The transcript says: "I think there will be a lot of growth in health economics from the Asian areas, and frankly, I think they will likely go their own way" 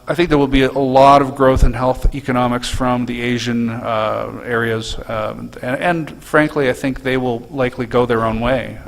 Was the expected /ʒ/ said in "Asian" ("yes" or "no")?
yes